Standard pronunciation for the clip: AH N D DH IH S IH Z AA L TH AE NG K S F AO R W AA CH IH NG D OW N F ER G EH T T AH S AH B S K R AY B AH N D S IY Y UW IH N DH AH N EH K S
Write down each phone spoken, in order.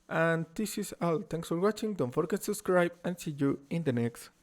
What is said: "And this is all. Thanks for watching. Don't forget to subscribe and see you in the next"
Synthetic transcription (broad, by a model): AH N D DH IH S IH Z AA L T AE NG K S F AO R W AA CH IH NG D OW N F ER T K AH S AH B S K R AY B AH N S IY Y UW IH N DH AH N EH K S